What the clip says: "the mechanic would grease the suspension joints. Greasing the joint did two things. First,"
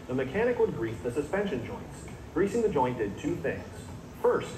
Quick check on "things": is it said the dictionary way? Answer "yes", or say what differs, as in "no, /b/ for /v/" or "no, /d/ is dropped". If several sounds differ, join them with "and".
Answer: yes